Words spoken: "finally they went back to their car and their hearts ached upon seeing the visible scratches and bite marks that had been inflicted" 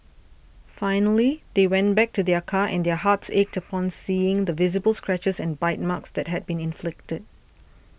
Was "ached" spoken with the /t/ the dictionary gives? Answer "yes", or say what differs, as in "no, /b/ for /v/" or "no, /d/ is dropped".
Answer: yes